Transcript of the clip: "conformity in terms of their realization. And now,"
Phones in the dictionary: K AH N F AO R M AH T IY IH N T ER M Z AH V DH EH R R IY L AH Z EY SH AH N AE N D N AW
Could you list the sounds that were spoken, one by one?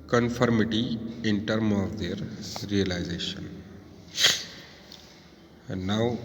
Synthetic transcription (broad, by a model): K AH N F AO R M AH T IY IH N T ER M AH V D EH R R IY L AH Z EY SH AH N N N AW